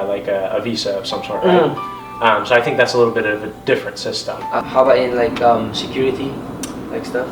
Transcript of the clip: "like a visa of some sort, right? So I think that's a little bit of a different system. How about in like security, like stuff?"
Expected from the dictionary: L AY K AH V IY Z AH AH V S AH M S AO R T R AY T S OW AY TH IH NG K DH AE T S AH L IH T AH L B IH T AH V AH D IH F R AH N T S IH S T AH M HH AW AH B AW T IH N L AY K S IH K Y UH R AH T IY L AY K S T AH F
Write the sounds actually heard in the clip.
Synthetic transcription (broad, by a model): L AY K AH V IY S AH AH V S AH M S AO R T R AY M S OW AY TH IH NG K DH AE T S AH L IH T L B IH T AH V AH D IH F R AH N T S IH S T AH M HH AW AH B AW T IH N L AY K S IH K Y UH R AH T IY L AY K S T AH F